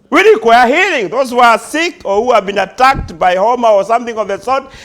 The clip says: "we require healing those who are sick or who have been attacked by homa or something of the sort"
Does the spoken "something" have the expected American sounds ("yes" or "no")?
yes